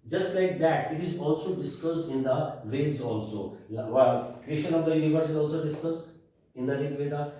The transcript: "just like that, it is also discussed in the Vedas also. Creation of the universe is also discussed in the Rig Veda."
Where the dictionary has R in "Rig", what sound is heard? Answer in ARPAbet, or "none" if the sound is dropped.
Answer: L